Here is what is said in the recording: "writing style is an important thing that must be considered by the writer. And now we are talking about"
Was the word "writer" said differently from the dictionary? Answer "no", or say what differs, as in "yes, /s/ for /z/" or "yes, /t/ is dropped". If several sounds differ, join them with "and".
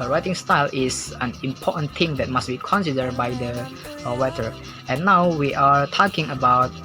yes, /w/ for /ɹ/